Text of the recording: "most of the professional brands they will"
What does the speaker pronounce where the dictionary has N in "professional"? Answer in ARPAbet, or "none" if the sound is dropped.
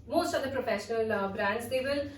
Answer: N